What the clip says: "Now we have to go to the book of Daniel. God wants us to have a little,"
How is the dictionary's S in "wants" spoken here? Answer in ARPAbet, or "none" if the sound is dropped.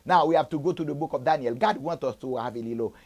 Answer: none